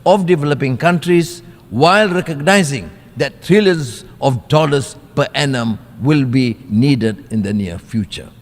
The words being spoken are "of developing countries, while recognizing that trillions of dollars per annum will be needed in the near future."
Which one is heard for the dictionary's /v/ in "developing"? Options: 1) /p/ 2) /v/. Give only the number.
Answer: 2